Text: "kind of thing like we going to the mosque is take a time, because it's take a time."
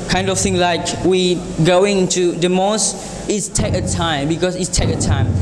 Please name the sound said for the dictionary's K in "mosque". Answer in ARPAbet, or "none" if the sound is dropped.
none